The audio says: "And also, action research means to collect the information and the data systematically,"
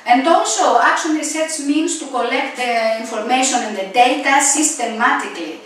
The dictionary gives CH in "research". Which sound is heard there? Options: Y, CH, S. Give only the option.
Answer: S